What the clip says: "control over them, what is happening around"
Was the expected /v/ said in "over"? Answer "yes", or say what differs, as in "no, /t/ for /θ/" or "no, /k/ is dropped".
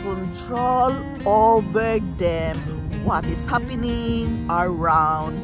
no, /b/ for /v/